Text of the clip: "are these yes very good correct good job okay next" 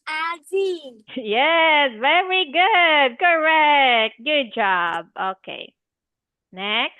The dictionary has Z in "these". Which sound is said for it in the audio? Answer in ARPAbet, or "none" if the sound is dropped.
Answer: none